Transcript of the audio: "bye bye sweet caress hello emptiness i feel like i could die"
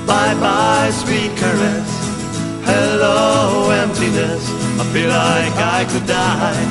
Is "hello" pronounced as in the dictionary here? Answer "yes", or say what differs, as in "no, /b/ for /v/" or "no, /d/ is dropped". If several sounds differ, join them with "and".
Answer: yes